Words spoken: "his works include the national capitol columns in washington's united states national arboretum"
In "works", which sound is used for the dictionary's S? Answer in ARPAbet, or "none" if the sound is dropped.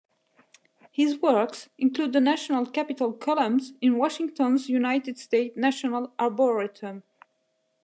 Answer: S